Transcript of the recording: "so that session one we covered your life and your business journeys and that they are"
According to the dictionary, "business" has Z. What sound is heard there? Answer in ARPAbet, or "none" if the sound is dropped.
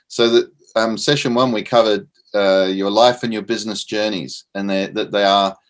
Z